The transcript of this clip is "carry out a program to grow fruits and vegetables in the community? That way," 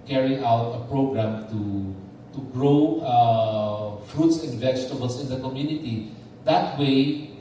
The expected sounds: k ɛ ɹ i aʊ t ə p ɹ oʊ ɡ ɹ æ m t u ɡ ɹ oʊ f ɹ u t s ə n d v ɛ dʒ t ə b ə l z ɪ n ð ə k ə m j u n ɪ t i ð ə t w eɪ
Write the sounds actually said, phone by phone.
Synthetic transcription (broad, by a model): k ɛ ɹ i aʊ t ə p ɹ oʊ ɡ ɹ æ m t u ɡ ɹ oʊ f ɹ u t s ə n d v ɛ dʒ t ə b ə l s ɪ n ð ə k ə m j u n ɪ t i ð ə t w eɪ